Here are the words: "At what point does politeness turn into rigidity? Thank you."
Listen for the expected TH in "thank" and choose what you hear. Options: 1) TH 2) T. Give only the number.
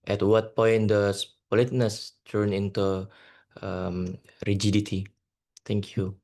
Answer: 2